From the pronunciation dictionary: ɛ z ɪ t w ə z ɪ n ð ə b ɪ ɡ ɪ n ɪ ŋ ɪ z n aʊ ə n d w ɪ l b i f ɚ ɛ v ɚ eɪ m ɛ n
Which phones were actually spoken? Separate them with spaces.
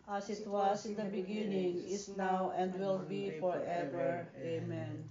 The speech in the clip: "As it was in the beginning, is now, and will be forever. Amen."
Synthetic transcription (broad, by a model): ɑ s ɪ t w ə s ɪ n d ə b ɪ ɡ ɪ n ɪ ŋ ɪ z n aʊ ə n d w ɪ l b i f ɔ ɛ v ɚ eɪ m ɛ n